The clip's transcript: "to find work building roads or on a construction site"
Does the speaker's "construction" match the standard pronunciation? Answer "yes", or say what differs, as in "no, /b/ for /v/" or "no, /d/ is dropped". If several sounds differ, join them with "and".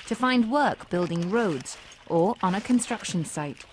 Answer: yes